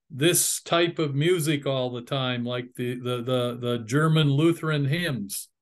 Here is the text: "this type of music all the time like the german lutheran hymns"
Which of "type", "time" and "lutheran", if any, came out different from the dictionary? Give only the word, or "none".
none